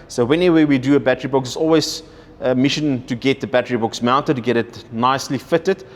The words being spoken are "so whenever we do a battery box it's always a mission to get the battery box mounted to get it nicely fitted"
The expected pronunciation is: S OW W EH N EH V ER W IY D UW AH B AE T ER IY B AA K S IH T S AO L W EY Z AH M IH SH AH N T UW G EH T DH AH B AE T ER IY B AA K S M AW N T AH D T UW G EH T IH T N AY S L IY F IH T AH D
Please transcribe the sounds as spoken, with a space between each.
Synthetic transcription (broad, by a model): S OW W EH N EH W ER W IY D UW AH B AE T ER IY B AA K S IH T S AO L W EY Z AH M IH SH AH N T UW G EH T DH AH B AE T ER IY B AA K S M AW N T AH D T UW G EH T IH T N AY S L IY F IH T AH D